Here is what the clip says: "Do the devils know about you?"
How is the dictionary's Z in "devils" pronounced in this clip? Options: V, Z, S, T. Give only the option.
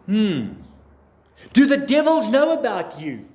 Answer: Z